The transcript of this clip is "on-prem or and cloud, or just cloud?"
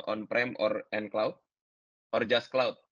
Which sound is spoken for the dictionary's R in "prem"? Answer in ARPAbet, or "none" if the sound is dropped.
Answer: R